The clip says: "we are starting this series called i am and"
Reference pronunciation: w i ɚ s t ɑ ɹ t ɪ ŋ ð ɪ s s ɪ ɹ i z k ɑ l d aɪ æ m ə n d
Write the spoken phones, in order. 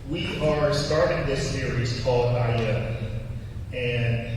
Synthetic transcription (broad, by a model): w i ɚ s t ɑ ɹ t ɪ ŋ ð ɪ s s ɪ ɹ i z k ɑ l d aɪ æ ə n